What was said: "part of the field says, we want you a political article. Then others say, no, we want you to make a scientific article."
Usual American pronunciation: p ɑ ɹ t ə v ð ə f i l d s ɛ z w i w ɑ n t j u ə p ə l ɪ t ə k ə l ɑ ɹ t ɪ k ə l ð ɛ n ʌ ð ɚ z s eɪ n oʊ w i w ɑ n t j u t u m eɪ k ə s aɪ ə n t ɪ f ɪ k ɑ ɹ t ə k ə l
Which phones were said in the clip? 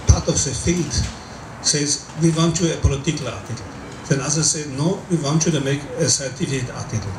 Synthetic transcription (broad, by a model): p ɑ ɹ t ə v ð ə f i l d s ɛ z w i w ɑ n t j u ə p ə l ɪ t ə k ə l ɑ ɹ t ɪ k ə l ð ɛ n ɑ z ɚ s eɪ n oʊ w i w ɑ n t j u t u m eɪ k ə s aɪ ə t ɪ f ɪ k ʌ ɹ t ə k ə l